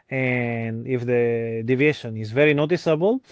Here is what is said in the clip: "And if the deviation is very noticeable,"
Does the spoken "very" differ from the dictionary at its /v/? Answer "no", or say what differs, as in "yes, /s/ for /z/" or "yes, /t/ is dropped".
no